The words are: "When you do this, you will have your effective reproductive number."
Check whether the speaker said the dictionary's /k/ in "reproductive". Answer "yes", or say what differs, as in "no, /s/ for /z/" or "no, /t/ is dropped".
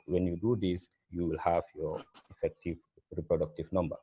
yes